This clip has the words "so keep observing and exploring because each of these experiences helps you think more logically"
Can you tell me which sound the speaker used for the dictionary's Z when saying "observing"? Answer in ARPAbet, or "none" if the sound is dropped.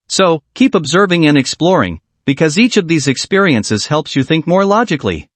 Z